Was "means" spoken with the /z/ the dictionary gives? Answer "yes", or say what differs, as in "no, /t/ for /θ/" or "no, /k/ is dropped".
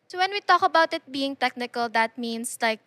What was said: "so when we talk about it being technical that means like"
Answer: no, /s/ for /z/